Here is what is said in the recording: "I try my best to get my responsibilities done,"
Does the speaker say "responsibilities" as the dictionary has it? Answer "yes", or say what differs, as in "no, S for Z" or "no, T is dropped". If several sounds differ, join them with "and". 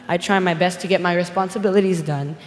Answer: yes